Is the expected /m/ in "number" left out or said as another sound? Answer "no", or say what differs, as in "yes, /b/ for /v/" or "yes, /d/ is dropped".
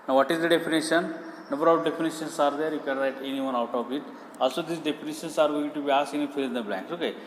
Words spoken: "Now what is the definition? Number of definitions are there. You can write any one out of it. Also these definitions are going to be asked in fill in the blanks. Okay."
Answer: yes, /m/ is dropped